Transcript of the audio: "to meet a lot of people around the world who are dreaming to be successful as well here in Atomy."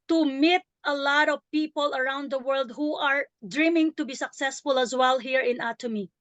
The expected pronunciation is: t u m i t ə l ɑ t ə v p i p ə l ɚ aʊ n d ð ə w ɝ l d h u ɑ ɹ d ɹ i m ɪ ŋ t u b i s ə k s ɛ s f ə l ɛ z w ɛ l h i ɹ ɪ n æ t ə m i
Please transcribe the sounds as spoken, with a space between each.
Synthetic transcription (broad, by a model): t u m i t ə l ɑ t ə v p i p ə l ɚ aʊ n d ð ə w ɝ l d h u ɑ ɹ d ɹ i m ɪ ŋ t u b i s ə k s ɛ s f ə l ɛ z w ɛ l h i ɹ ɪ n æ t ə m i